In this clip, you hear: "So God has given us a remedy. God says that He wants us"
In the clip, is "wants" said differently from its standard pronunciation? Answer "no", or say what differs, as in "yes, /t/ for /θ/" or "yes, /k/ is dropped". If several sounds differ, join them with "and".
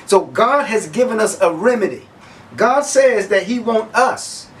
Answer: yes, /s/ is dropped